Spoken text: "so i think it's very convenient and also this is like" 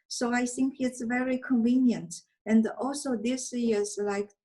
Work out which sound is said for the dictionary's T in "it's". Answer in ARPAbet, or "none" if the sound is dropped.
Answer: T